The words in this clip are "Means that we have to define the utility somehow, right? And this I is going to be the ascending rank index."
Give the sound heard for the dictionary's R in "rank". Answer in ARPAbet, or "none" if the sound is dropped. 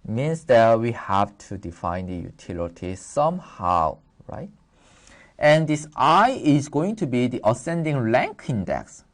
L